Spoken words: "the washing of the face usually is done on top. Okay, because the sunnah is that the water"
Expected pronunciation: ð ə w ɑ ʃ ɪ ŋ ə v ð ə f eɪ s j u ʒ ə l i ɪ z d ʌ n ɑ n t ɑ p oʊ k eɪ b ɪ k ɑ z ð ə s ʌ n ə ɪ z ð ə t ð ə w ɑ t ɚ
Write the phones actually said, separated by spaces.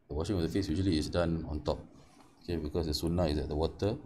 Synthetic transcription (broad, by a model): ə w ɑ ʃ ɪ ŋ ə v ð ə f eɪ s j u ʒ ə l i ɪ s d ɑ n ɑ n t ɑ p oʊ k eɪ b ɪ k ɑ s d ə s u n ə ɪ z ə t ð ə w ɑ t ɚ